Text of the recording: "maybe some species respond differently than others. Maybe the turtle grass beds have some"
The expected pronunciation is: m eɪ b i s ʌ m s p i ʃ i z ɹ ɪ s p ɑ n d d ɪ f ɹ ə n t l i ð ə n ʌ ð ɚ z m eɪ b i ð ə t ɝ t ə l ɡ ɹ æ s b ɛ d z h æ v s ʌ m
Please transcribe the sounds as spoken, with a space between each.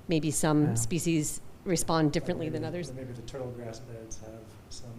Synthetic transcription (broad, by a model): m eɪ b i s ʌ m s p i ʃ i z ɹ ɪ s p ɑ n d d ɪ f ɹ ə n t l i ð ə n ʌ ð ɚ z m eɪ b i ð ə t ɝ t l ɡ ɹ æ s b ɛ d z h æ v s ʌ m